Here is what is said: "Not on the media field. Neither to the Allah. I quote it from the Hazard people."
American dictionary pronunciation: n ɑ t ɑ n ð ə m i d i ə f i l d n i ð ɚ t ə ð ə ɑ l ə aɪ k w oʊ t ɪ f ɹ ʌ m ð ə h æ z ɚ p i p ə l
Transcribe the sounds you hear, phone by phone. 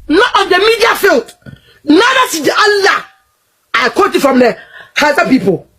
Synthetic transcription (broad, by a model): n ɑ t ɑ n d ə m i d i ə f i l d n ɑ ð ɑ s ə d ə ɑ l ə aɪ k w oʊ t ɪ f ɹ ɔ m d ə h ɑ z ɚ p i p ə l